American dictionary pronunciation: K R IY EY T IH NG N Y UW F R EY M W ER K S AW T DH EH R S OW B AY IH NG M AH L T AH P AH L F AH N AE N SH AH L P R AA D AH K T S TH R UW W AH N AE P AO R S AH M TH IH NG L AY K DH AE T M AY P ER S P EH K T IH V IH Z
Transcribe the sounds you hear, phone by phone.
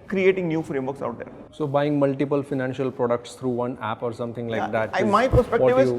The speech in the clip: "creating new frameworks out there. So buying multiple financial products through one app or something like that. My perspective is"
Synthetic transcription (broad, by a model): K R IY EY T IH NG N Y UW F R EY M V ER K S AW T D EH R S OW B AY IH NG M AH L T AH P AH L F AH N AE N SH AH L P R AA D AH K T S T R UW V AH N AE P AO R S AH M T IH NG L AY K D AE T M AY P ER S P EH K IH IH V